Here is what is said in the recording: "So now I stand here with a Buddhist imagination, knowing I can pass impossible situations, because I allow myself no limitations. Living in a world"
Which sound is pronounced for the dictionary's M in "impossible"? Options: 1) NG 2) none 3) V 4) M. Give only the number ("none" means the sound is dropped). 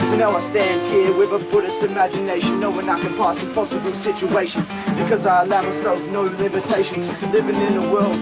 2